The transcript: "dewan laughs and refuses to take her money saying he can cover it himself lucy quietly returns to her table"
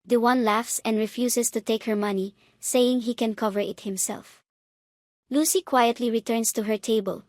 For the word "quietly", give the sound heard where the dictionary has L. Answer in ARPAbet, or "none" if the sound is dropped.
L